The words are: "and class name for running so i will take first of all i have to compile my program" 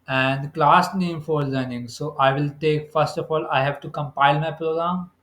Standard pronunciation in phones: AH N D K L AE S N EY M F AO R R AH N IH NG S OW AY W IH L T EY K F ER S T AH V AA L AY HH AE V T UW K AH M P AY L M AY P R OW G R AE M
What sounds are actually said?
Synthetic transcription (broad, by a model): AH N D K L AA S N EY M F AO R L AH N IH NG S OW AY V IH L T EY K F ER S T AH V AA L AY HH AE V T UW K AH M P AY L M AY P R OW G R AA M